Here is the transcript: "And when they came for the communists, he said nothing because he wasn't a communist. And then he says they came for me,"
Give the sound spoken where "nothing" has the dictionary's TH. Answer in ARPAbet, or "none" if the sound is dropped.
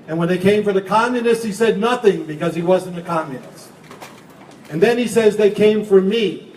TH